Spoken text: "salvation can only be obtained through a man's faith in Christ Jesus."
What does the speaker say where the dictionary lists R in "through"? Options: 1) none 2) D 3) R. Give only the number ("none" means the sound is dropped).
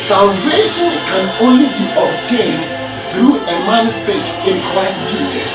3